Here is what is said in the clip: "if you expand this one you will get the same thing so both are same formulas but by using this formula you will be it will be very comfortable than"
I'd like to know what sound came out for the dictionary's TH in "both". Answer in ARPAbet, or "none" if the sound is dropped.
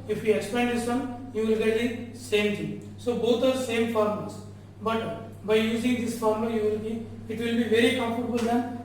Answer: T